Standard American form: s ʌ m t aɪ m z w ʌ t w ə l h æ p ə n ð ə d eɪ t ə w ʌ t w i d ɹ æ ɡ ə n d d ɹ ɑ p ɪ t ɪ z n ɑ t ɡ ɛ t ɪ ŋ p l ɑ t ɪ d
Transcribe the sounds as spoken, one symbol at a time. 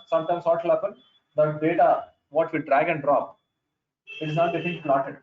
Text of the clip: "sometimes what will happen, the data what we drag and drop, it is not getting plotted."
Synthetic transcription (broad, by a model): s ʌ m t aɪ m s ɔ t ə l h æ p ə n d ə d eɪ t ə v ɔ t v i d ɹ æ ɡ ə n d d ɹ ɑ p ɪ t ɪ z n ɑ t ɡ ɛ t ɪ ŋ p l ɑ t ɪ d